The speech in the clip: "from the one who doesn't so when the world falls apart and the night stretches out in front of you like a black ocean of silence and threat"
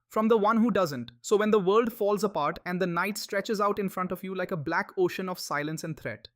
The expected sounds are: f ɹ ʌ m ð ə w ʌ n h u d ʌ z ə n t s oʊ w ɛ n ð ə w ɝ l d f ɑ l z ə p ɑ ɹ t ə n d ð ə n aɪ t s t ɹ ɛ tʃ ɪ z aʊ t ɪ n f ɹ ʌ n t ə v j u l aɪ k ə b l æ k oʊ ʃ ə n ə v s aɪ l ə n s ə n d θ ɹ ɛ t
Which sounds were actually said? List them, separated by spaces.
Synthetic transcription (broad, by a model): f ɹ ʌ m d ə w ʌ n h u d ʌ z ə n t s oʊ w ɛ n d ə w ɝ l d f ɑ l z ə p ɑ ɹ t ə n d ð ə n aɪ t s t ɹ ɛ tʃ ɪ z aʊ t ɪ n f ɹ ʌ n t ə v j u l aɪ k ə b l æ k oʊ ʃ ə n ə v s aɪ l ə n s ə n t ɹ ɛ t